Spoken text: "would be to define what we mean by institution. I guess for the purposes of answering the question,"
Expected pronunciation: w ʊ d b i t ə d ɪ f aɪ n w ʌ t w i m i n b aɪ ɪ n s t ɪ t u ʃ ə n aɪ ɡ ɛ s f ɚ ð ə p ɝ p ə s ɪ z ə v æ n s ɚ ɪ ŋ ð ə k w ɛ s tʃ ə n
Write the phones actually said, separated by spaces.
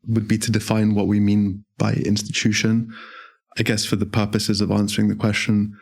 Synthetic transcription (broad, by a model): w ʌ d b i t ə d ɪ f aɪ n w ʌ t w i m i n b aɪ ɪ n s t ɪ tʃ u ʃ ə n aɪ ɡ ɛ s f ɚ ð ə p ɝ p ə s ɪ z ə v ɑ n s ɚ ɪ ŋ ð ə k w ɛ s tʃ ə n